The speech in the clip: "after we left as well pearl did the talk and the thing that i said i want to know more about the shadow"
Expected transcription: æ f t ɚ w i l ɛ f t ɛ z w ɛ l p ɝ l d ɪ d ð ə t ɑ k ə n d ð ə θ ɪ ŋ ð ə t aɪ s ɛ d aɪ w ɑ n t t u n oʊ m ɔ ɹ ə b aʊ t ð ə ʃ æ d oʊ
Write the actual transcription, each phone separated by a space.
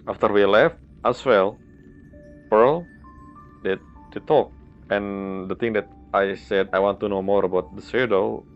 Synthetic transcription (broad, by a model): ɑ f t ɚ w i l ɛ f t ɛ s w ɛ l p ɝ l d ɪ d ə t ɑ k ə n d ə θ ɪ ŋ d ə t aɪ s ɛ d aɪ w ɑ n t t u n oʊ m ɔ ɹ ə b aʊ t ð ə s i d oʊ